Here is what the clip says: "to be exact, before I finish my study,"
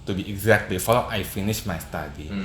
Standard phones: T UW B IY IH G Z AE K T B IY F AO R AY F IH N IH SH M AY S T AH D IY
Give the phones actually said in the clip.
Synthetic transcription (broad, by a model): T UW B IY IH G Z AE K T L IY F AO L AY F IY N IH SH M AY S T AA D IY